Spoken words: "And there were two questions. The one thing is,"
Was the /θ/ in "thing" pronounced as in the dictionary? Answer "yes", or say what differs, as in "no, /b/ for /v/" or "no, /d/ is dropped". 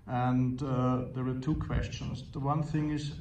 yes